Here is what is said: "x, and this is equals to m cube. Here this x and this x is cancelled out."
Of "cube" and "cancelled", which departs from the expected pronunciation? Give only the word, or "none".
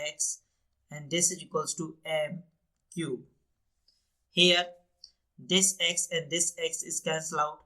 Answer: cancelled